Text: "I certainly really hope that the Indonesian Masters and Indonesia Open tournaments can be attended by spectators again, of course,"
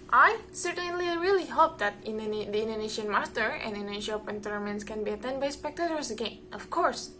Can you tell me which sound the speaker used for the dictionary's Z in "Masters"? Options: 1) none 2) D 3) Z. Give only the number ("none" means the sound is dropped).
1